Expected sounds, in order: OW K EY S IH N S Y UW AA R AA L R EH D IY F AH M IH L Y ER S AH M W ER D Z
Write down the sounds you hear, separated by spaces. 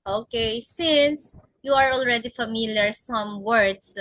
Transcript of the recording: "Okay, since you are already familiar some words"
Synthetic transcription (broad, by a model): OW K EY S IH N S Y UW AA R AA L R EH D IY F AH M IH L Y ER S AH M W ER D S